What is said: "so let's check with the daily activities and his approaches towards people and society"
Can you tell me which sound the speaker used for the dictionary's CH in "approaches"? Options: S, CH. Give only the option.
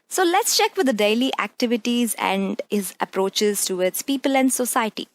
CH